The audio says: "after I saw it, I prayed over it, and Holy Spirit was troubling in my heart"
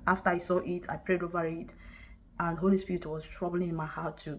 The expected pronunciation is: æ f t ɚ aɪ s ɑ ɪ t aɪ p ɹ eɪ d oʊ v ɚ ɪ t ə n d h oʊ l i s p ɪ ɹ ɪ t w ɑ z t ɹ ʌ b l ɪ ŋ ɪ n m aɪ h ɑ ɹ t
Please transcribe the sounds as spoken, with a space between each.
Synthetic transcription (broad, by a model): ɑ f t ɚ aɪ s ɑ ɪ t aɪ p ɹ eɪ d oʊ v ɚ ɪ t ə n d h oʊ l i s p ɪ ɹ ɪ t w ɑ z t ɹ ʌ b l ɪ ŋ ɪ n m aɪ h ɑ t